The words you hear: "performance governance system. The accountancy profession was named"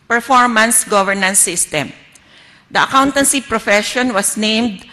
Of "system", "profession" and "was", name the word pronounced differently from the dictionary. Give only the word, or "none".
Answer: was